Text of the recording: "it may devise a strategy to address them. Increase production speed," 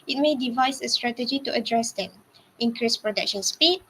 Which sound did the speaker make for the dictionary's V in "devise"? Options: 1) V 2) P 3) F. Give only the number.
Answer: 1